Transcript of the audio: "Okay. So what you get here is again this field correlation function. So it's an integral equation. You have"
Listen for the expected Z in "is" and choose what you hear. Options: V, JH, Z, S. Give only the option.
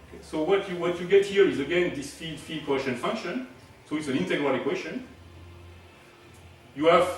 Z